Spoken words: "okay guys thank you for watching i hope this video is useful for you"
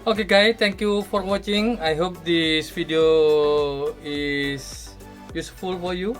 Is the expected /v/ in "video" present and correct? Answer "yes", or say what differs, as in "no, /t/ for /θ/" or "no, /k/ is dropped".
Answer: no, /f/ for /v/